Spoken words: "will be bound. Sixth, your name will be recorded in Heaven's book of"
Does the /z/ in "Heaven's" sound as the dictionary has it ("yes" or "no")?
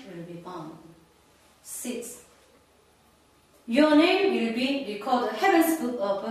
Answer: no